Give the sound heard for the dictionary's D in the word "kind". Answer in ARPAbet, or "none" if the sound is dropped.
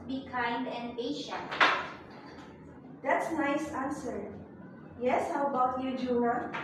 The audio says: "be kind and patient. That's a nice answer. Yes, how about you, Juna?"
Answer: D